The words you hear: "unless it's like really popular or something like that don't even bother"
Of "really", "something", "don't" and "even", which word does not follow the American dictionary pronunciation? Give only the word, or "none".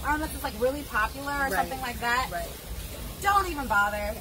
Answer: none